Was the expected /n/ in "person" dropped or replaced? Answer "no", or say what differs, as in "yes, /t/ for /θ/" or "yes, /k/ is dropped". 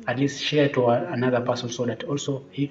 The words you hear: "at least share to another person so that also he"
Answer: yes, /l/ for /n/